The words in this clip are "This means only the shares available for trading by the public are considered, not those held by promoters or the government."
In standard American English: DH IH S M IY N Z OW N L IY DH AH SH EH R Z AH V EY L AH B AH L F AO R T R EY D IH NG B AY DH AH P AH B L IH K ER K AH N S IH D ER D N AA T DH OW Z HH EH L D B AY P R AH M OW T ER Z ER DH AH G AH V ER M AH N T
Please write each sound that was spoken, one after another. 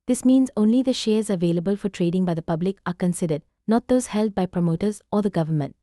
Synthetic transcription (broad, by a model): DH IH S M IY N Z OW N L IY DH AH SH EH R Z AH V EY L AH B AH L F AO R T R EY D IH NG B AY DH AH P AH B L IH K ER K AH N S IH D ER D N AA T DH OW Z HH EH L D B AY P R AH M OW T ER Z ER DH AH G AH V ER M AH N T